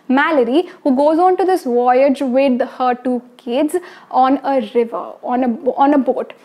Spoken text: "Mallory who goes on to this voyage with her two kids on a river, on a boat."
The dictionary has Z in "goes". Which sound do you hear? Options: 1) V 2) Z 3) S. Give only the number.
2